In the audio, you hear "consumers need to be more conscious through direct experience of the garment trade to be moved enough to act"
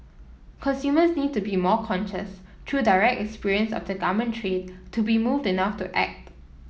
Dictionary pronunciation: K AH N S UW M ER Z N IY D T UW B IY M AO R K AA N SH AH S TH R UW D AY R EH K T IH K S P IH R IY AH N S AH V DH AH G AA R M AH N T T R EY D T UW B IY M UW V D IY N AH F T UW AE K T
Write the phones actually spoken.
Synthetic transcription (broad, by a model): K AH N S UW M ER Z N IY D T UW B IY M AO K AA N SH AH S T R UW D AY R EH K T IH K S P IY R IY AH N S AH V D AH G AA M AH N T T R EY D T UW B IY M UW V D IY N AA F T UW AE K T